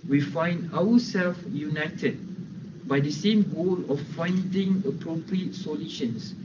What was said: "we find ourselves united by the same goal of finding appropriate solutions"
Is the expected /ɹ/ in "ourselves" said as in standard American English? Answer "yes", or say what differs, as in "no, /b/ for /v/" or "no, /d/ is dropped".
no, /w/ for /ɹ/